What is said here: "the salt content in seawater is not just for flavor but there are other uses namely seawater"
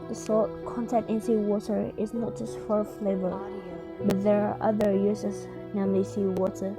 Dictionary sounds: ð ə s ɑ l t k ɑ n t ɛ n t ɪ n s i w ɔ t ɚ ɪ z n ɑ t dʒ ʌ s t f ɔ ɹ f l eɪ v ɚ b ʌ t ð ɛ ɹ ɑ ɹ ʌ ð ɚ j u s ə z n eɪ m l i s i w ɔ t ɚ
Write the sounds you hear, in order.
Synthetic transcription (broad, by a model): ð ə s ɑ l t k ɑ n t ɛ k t ɪ n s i w ɔ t ɚ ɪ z n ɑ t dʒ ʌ s t f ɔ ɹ f l eɪ v ɚ b ʌ t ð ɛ ɹ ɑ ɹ ʌ ð ɚ j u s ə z n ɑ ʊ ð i s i w ɔ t ɚ